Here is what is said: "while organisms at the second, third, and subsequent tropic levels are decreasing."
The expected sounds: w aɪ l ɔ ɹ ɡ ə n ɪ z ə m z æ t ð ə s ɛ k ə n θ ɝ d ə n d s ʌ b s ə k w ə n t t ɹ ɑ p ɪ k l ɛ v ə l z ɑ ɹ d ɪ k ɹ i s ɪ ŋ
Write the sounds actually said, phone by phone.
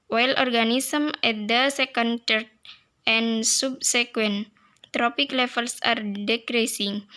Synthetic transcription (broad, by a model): w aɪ l ɔ ɹ ɡ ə n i s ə m ɛ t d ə s ɛ k ə n t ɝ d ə n s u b s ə k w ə n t t ɹ ɑ p ɪ k l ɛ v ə l s ɑ ɹ d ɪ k ɹ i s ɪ ŋ